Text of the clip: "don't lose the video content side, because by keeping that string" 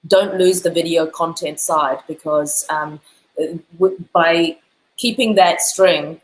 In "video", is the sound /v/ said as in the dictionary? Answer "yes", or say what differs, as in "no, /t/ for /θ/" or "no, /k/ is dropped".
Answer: yes